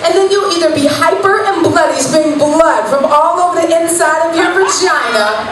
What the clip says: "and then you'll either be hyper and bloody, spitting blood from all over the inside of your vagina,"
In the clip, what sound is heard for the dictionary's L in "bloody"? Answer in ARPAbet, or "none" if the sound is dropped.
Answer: L